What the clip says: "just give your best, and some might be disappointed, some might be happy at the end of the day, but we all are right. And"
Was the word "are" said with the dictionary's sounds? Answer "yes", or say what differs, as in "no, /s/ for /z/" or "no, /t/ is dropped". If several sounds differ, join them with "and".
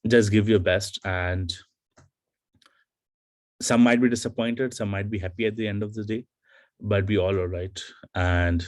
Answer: no, /l/ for /ɹ/